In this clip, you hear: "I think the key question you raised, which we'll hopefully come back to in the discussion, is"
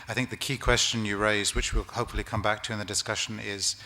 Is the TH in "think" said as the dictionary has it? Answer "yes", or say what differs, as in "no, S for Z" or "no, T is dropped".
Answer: yes